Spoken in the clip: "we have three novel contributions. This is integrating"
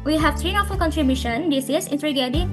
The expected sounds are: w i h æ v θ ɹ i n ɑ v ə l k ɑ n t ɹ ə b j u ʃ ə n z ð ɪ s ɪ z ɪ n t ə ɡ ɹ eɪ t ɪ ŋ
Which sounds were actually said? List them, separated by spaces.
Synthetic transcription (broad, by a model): w i h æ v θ ɹ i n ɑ f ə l k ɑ n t ɹ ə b j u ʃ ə n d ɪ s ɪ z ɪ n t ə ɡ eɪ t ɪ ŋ